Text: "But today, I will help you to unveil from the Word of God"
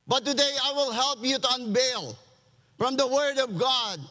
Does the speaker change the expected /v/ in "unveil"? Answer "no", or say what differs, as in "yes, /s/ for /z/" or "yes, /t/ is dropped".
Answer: yes, /b/ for /v/